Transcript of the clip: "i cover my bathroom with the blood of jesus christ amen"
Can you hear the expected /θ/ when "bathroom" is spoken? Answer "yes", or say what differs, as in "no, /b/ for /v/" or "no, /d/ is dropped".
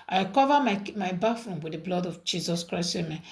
no, /f/ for /θ/